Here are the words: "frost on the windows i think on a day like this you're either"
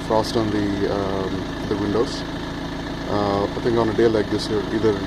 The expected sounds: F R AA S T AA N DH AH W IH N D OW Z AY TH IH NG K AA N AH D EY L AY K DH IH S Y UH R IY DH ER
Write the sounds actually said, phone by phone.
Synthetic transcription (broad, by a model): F R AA S T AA N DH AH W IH N D OW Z AY T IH NG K AA N AH D EY L AY K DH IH S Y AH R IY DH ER